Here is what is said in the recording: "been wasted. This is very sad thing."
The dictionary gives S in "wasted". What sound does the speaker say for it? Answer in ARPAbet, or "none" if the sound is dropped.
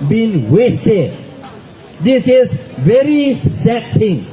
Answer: S